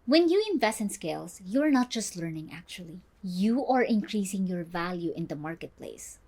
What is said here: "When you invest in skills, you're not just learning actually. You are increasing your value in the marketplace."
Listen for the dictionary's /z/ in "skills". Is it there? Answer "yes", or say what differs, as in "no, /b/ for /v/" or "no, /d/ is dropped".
no, /s/ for /z/